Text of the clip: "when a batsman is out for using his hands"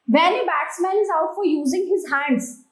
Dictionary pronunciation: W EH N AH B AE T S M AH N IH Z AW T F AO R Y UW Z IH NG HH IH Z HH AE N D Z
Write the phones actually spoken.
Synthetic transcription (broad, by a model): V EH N AH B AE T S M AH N IH Z AW T F AO R Y UW Z IH NG HH IH Z HH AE N D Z